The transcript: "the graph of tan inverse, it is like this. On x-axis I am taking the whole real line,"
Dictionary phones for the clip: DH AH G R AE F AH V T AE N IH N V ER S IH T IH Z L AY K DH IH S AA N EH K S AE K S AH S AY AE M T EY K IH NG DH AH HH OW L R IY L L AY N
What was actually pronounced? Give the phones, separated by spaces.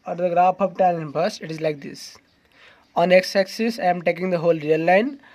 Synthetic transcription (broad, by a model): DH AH G R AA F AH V T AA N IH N B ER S IH T IH Z L AY K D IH S AA N EH K S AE K S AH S AY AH M T EY K IH NG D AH HH OW L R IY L L AY N